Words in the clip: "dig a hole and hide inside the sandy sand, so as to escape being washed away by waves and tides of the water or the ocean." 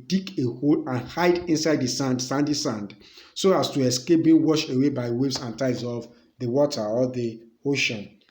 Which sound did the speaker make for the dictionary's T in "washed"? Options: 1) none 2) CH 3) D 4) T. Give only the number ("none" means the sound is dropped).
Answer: 1